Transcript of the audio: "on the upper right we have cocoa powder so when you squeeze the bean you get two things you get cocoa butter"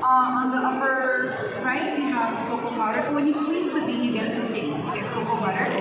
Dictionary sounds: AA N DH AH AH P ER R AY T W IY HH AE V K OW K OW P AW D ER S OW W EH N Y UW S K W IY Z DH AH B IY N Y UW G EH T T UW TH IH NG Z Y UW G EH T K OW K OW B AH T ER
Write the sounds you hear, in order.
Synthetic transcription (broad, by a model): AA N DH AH AH P ER R AY T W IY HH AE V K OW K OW B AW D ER S OW W EH N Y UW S W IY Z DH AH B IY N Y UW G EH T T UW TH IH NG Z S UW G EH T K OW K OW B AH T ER